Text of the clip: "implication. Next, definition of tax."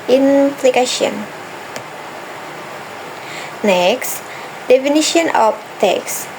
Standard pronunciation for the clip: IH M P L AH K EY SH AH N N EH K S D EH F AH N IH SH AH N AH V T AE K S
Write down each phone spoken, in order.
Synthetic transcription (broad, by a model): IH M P L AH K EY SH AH N N EH K S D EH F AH N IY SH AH N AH P T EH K S